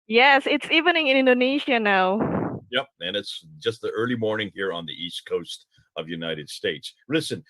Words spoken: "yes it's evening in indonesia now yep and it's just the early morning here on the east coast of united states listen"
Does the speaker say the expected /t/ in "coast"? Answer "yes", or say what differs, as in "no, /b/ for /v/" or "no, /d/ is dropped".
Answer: yes